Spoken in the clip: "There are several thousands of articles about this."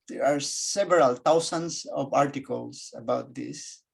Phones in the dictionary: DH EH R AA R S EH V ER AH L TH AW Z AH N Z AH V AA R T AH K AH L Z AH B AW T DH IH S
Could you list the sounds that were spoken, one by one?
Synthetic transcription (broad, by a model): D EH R AA R S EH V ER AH L T AW S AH N S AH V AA R T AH K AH L S AH B AW T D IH S